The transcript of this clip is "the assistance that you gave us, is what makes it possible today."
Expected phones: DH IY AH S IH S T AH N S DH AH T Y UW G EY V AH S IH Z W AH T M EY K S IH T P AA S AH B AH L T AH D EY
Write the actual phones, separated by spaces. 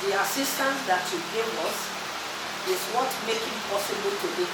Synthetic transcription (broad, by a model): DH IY AH S IH S T AH N S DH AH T Y UW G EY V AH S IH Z W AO T M EY K IH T P AA S AH B AH L T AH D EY